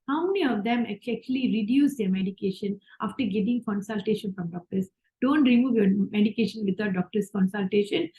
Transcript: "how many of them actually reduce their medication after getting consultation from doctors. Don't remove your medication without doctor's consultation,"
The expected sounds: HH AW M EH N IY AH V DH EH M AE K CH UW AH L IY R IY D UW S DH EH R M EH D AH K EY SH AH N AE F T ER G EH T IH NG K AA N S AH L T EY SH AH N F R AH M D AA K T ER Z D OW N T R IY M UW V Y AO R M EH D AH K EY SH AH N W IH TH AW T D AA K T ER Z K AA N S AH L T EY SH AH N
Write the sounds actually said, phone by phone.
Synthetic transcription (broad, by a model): HH AW M EH N IY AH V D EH M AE K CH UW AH L IY R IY D UW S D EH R M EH D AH K EY SH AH N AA F T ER G EH T IH NG K AA N S AH L T EY SH AH N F R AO M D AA K T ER S D OW N T R IY M UW V Y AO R M EH D AH K EY SH AH N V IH T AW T D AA K T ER S K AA N S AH L T EY SH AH N